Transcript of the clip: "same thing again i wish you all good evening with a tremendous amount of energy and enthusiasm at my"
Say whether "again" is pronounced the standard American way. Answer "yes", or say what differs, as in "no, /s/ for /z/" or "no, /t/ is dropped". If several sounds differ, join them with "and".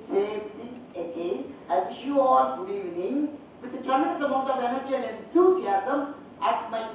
no, /n/ is dropped